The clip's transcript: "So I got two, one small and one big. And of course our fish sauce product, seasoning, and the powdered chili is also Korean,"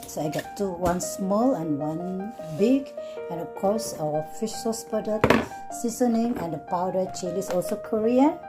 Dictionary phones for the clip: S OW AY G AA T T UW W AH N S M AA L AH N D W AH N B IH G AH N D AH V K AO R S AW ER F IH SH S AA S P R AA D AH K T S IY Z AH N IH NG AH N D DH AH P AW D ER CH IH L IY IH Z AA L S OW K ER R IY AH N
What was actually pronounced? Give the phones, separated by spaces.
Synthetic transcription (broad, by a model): S OW AY G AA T T UW W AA N S M AA L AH N W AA N B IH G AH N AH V K AO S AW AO F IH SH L S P AA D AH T S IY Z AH N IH NG AH N D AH P AW D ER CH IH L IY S AA L S OW K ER R IY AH N